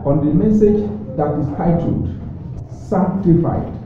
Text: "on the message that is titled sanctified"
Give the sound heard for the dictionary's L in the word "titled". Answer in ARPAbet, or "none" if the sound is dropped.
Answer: none